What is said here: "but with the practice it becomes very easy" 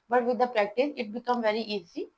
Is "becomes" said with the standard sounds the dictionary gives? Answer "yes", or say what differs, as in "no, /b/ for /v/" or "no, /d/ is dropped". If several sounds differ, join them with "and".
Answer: no, /z/ is dropped